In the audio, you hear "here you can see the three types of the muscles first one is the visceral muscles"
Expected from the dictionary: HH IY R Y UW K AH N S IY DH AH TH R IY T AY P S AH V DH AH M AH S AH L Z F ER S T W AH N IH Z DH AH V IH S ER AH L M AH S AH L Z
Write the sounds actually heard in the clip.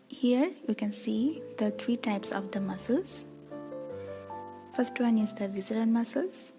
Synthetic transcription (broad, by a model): HH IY R Y UW K AH N S IY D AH T R IY T AY P S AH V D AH M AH S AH L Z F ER S T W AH N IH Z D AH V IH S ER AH N M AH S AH L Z